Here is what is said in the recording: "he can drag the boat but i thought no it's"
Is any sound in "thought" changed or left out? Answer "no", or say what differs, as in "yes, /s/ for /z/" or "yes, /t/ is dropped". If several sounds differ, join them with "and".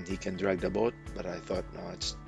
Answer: no